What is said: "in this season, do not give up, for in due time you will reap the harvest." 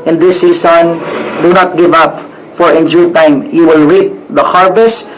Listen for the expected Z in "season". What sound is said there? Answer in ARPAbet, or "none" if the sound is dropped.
S